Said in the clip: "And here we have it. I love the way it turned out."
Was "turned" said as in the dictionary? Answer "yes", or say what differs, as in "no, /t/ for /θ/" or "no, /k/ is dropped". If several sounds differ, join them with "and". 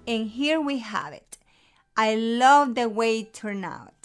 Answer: no, /d/ is dropped